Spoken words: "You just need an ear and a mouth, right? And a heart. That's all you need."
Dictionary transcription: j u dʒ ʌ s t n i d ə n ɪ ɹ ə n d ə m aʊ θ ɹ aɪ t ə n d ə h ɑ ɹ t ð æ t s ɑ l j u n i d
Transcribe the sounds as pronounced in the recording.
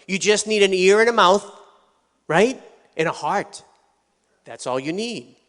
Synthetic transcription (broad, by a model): j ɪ dʒ ʌ s t n i d ə n ɪ ɹ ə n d ə m aʊ θ ɹ aɪ t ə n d ə h ɑ ɹ t ð æ t s ɑ l j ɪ n i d